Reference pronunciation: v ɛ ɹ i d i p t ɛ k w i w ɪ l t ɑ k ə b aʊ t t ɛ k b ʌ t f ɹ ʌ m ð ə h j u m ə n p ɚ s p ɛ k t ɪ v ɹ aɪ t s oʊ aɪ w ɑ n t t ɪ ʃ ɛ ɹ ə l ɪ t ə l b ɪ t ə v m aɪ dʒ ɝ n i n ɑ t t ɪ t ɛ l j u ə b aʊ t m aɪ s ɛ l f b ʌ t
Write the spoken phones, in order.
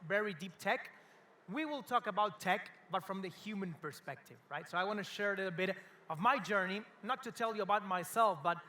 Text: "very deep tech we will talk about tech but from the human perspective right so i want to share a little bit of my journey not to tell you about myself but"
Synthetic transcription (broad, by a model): v ɛ ɹ i d i p t ɛ k w i w ɪ l t ɑ k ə b aʊ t t ɛ k b ʌ t f ɹ ʌ m ð ə h j u m ə n p ɚ s p ɛ k t ɪ v ɹ aɪ t s oʊ aɪ w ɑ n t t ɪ ʃ ɛ ɹ ə l ɪ t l b ɪ t ə v m aɪ dʒ ɝ n i n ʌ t t ɪ t ɛ l j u ə b aʊ t m aɪ s ɛ l f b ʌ t